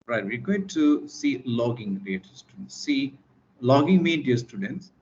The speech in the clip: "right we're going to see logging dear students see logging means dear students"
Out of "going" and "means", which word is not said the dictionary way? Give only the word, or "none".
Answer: means